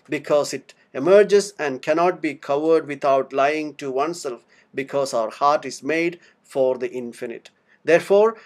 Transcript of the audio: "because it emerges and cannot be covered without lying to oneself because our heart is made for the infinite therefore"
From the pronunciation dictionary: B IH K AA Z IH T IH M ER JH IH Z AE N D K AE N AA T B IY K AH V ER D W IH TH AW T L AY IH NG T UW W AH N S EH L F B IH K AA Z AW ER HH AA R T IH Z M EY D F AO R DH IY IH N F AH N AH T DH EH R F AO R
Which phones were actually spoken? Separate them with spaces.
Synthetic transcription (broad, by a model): B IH K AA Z IH T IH M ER JH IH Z AE N D K AE N AA T B IY K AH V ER D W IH T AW T L AY IH NG T UW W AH N S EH L F B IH K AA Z AW ER HH AA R T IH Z M EY D F AO R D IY IH N F AH N AH T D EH R F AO R